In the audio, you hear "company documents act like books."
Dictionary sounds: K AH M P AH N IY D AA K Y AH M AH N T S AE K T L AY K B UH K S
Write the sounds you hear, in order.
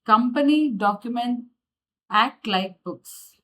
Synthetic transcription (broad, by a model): K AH M P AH N IY D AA K Y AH M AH N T AE K T L AY K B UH K S